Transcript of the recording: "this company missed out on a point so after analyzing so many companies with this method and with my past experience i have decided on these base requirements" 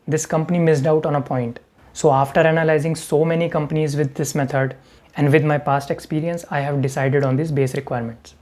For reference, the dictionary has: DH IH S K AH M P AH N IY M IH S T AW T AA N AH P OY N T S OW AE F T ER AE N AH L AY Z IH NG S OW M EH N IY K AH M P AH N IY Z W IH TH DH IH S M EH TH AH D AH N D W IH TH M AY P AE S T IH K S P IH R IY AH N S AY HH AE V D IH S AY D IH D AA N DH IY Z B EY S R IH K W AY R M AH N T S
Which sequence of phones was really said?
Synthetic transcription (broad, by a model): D IH S K AH M P AH N IY M IH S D AW T AA N AH P OY N T S OW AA F T ER AE N AH L AY Z IH NG S OW M EH N IY K AH M P AH N IY Z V IH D IH S M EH T AH D AH N D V IH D M AY P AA S T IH K S P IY R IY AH N S AY HH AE V D IH S AY D IH D AA N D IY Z B EY S R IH K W AY R M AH N T S